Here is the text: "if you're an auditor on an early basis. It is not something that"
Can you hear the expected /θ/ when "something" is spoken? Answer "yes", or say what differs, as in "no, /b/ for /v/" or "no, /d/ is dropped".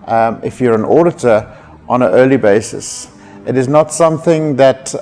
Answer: yes